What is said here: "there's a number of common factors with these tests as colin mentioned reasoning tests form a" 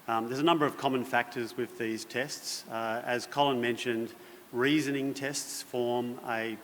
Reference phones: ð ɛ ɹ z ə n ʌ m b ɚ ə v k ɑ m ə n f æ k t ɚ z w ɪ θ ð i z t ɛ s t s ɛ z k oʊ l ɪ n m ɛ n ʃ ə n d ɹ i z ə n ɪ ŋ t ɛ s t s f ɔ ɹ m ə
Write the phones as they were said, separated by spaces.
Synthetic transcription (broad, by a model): ð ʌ ɹ z ə n ʌ m b ɚ ə v k ɑ m ə n f æ k t ɚ z w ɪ ð i z t ɛ s t s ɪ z k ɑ l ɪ n m ɛ n ʃ ə n d ɹ i z ə n ɪ ŋ t ɛ s t s f ɔ ɹ m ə